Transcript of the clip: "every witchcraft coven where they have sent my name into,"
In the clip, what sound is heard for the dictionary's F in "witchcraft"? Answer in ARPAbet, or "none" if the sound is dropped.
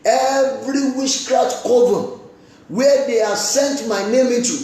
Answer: none